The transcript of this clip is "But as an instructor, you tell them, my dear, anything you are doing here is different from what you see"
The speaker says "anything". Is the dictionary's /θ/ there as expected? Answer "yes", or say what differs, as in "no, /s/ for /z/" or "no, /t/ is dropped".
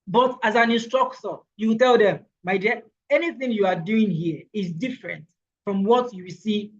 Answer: yes